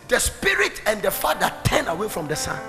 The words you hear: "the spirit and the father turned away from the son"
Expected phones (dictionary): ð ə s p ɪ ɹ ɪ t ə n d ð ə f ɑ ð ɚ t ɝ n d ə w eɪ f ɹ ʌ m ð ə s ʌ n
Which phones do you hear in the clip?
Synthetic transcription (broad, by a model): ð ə s p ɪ ɹ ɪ t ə n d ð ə f ɑ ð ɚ t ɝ n ə w eɪ f ɹ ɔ m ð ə s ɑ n